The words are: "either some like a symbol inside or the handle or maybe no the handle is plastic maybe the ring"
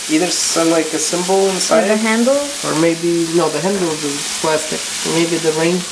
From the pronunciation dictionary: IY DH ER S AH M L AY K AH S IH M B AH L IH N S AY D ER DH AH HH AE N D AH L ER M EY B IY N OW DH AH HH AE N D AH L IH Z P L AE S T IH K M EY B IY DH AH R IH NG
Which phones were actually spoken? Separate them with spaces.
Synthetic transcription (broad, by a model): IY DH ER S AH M L AY K AH S IH M B L IH N S AY D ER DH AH HH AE N D L ER M EY B IY N OW DH AH HH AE N D L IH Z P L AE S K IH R M EY B IY DH AH R IH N